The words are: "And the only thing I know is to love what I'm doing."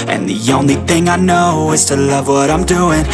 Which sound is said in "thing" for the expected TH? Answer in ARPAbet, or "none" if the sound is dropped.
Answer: TH